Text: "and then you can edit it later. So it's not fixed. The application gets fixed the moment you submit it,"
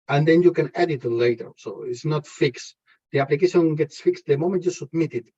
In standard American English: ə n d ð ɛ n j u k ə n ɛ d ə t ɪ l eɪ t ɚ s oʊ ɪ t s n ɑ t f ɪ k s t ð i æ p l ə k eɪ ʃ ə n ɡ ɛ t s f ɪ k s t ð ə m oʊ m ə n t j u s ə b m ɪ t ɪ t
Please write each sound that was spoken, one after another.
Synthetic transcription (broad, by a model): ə n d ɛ n j u k ə n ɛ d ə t l eɪ t ɚ s oʊ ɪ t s n ɑ t f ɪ k s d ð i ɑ p l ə k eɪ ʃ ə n ɡ ɛ t s f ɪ k s t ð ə m oʊ m ə n t j u s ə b m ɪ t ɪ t